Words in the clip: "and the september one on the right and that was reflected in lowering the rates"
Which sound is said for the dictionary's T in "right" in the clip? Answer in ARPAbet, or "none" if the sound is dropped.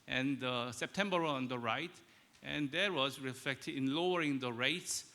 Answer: T